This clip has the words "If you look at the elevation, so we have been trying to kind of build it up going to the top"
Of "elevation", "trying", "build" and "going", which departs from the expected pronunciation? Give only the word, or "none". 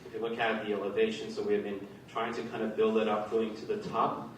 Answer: none